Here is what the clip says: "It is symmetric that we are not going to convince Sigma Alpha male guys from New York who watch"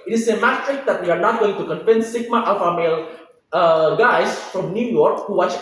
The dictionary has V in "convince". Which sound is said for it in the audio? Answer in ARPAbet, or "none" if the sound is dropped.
F